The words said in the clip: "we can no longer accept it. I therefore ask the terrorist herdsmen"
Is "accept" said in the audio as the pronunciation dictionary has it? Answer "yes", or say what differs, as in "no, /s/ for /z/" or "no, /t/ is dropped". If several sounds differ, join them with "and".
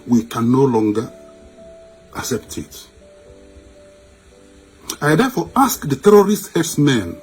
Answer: yes